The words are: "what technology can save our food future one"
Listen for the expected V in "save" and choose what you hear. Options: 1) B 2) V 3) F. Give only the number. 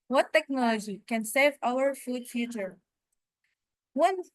2